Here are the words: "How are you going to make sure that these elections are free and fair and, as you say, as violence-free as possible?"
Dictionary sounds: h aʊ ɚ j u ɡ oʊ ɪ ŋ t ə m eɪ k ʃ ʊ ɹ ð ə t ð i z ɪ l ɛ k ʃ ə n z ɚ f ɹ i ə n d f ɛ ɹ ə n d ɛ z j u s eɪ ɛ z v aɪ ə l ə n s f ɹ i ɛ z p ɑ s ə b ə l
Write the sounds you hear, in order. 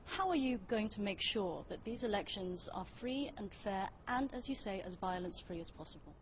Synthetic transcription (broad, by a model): h aʊ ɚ j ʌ ɡ oʊ ɪ ŋ t ə m eɪ k ʃ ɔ ð ə t ð i z ɪ l ɛ k ʃ ə n z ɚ f ɹ i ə n f ɛ ɹ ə n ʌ z j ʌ s eɪ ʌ z v aɪ ə l ə n s f ɹ i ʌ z p ɑ s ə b ə l